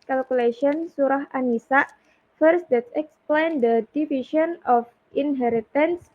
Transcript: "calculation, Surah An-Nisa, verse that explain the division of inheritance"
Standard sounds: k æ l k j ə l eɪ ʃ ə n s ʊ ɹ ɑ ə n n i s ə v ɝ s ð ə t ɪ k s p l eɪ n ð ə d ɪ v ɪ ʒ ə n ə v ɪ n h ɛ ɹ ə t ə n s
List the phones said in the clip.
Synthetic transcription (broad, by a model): k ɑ l k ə l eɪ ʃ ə n s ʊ ɹ ɑ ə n n i s ə f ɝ s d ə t ɪ k s p l eɪ n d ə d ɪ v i ʃ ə n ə f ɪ n h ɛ ɹ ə t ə n s